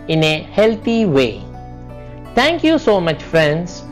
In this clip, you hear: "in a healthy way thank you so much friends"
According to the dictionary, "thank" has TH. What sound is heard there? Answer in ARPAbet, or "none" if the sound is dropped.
T